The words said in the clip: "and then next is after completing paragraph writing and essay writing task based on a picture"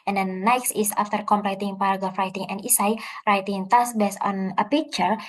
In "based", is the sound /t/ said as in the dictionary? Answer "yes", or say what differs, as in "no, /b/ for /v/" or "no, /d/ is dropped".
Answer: no, /t/ is dropped